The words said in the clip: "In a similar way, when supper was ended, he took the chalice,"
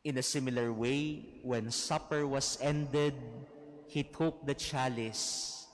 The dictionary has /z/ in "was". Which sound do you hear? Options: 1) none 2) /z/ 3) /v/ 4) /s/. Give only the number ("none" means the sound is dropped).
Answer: 4